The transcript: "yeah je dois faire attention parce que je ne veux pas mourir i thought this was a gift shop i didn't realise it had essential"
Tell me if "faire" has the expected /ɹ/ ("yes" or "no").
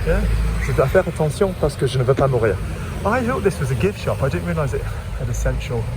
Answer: yes